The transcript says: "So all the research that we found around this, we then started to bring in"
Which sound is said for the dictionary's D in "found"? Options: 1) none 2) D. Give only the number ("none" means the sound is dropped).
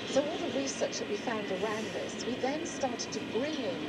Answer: 2